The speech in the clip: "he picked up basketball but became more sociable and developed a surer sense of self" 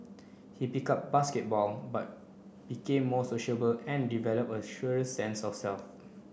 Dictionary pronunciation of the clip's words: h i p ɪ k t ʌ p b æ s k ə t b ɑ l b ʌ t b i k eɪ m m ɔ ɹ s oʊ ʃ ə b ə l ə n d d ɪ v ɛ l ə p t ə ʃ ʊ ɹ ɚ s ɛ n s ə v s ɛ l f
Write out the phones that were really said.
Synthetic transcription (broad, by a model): h i p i k ɑ p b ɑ s k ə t b ɑ l b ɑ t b i k eɪ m m ɔ s oʊ ʃ ə b ə l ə n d d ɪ v ɛ l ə p ə ʃ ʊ ɹ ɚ s ɛ n s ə f s ɛ l f